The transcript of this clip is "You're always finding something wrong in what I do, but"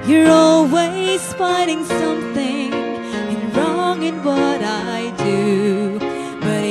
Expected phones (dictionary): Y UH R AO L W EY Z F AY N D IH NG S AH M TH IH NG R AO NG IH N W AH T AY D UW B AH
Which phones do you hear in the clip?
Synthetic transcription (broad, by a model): Y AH R AO L W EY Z P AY D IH NG S AH M TH IH NG R AO NG IH N W AH T AY D UW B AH